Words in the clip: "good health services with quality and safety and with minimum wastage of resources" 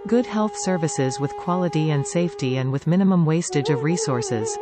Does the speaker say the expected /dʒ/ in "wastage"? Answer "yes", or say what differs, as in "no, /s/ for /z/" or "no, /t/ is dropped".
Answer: yes